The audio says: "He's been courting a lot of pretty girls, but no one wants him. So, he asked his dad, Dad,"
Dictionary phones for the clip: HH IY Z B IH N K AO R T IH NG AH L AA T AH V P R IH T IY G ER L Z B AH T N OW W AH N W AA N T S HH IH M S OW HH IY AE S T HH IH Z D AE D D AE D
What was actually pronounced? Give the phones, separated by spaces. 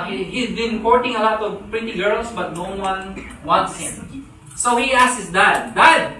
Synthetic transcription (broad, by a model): HH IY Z B IH N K AO R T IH NG AH L AA T AH V P R IH T IY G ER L S B AH T N OW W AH N W AA N T S HH IH M S OW HH IY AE S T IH S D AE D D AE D